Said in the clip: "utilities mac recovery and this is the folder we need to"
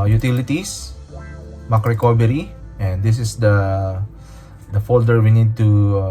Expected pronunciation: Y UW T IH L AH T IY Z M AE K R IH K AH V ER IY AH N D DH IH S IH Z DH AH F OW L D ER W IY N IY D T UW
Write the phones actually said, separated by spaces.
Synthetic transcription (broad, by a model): Y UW T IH L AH T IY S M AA K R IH K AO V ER IY AH N D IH S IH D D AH F OW L D ER W IY N IY D T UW